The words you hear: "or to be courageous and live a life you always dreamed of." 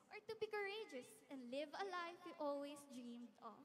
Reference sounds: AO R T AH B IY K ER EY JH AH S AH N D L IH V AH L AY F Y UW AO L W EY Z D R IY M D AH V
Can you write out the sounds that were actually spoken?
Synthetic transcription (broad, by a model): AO R T AH B IY K ER EY JH AH S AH N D L IH V AH L AY F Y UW AO L W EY S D R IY M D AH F